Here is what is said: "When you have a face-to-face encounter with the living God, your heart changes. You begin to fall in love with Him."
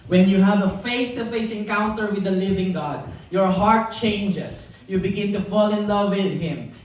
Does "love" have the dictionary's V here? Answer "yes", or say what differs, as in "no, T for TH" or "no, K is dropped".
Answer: yes